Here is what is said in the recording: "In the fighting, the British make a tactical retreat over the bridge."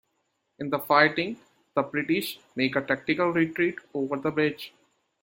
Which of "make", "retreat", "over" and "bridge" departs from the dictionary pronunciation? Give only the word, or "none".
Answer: bridge